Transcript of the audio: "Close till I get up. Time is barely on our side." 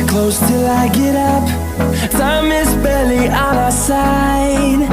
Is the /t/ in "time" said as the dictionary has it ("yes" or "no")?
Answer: no